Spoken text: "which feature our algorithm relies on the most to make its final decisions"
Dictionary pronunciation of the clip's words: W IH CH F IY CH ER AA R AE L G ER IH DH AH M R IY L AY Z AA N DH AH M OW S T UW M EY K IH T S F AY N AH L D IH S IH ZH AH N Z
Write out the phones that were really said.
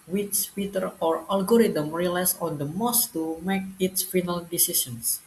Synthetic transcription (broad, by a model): W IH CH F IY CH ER AA R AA L G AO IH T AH M R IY L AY S AA N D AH M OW S T UW M EY K IH T S F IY N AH L D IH S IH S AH N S